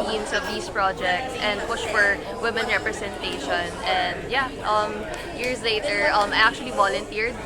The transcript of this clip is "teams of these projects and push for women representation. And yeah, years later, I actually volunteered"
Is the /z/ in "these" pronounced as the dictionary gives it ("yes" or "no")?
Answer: no